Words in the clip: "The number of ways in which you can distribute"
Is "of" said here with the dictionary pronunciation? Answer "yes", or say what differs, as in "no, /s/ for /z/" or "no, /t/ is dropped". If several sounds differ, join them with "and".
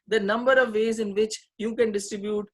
yes